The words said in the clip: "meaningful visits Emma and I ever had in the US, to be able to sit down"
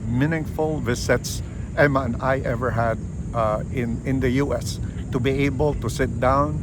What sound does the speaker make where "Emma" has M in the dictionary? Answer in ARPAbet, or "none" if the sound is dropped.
M